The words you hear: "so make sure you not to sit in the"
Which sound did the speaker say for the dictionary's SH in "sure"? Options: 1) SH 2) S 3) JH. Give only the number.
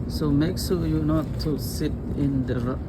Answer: 2